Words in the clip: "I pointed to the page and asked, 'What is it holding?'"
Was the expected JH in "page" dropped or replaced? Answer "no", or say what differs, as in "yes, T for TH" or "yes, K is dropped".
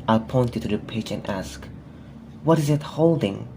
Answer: yes, CH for JH